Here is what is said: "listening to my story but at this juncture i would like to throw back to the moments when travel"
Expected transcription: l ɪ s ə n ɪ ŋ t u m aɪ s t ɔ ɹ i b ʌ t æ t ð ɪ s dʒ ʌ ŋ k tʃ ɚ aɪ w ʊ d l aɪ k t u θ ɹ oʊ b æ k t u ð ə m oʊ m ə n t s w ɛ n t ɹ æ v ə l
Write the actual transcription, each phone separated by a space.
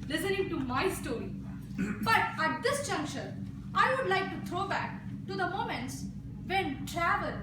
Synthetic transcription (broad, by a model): l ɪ s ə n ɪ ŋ t u m aɪ s t ɔ ɹ i b ʌ t æ t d ɪ s dʒ ʌ ŋ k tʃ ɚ aɪ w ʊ d l aɪ k t u t ɹ oʊ b æ k t u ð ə m oʊ m ə n t s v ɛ n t ɹ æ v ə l